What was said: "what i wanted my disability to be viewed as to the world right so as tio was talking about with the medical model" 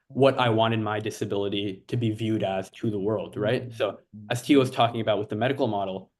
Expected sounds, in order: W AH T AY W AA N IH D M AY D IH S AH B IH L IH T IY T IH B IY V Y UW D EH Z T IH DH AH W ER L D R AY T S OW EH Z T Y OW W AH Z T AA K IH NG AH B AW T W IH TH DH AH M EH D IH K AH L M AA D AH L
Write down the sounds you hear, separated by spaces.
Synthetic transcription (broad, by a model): W AH T AY W AA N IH D M AY D IH S AH B IH L IH T IY T IH B IY V Y UW D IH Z T IH DH AH W ER L D R AY T S OW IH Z T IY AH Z T AA K IH NG AH B AW T W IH DH AH M EH D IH K L M AA D L